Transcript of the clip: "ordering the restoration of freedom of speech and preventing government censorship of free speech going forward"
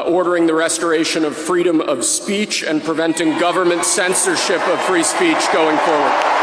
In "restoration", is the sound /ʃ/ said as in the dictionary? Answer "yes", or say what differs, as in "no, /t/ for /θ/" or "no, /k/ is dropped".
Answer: yes